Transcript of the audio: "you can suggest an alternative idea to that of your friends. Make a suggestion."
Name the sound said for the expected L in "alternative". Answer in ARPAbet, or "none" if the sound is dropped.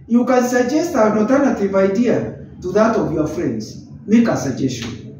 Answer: none